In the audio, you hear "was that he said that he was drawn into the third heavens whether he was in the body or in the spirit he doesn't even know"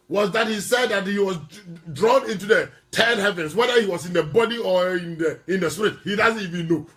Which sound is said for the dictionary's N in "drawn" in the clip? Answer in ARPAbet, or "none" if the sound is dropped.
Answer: N